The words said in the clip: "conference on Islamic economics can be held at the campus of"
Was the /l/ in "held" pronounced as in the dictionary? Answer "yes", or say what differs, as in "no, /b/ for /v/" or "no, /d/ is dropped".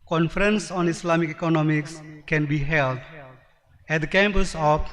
yes